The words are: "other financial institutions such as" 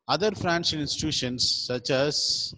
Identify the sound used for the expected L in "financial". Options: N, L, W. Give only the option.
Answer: N